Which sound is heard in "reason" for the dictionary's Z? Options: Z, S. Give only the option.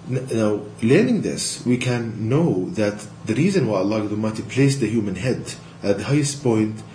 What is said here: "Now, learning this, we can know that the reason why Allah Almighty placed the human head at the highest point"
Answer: Z